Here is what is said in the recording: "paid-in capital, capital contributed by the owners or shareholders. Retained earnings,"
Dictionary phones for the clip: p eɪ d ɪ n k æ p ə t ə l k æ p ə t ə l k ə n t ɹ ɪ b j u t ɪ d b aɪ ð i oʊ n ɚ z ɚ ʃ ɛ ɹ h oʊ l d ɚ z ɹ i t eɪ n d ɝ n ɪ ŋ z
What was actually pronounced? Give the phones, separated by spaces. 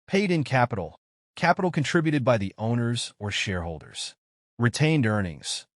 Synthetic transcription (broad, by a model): p eɪ d ɪ n k æ p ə t l k æ p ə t l k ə n t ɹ ɪ b j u t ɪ d b aɪ ð i oʊ n ɚ z ɚ ʃ ɛ ɹ h oʊ l d ɚ z ɹ i t eɪ n d ɝ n ɪ ŋ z